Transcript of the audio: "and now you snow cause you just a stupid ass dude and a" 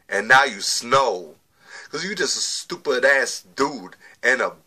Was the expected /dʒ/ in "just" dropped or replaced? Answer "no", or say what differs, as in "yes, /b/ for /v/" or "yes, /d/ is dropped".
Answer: no